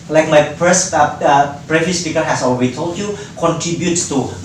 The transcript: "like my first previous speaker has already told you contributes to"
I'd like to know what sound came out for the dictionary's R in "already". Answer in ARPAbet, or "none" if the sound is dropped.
L